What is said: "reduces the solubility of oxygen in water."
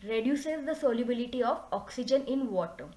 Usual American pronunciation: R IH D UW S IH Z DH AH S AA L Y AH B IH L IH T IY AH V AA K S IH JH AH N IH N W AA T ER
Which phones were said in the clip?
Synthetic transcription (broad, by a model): R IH D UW S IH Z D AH S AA L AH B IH L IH T IY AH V AA K S IH JH AH N IH N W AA T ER